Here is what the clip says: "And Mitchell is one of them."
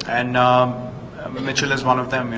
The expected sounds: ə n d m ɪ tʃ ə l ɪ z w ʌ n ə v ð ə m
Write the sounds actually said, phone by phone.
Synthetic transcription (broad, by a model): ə n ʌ m ɪ tʃ ə l ɪ z w ʌ n ə v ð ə m